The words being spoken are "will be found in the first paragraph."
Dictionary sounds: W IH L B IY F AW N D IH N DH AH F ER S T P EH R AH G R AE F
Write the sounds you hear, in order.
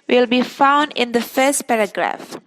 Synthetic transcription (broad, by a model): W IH L B IY F AW N D IH N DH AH F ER S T P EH R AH G R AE F